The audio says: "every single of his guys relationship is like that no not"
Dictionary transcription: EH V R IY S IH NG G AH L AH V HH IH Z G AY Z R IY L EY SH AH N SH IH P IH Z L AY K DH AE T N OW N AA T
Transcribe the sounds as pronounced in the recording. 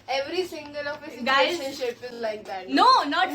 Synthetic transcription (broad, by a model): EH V R IY S IH NG G AH L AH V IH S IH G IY EY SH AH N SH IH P IH Z L AY K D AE T N OW N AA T